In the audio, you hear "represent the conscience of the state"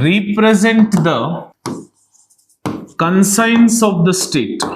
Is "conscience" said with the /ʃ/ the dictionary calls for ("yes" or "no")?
no